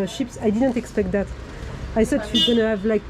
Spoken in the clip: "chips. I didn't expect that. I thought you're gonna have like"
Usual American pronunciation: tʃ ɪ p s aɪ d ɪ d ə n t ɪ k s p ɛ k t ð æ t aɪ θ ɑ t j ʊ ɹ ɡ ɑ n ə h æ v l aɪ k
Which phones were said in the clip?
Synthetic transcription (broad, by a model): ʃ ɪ p s aɪ d ɪ d ə n t ɪ k s p ɛ k t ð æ t aɪ s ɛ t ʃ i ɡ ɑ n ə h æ v l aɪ k